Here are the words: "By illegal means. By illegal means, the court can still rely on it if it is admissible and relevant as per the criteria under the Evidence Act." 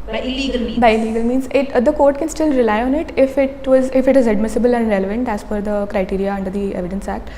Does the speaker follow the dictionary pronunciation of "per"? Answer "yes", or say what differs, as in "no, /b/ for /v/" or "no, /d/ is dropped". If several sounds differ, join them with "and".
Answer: no, /f/ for /p/